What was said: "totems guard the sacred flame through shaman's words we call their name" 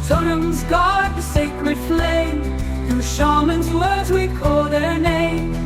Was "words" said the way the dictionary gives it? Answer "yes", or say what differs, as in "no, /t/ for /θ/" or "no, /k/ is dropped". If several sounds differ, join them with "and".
yes